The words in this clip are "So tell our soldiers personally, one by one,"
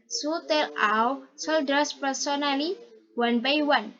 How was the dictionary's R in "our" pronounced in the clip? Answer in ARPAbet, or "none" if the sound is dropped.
W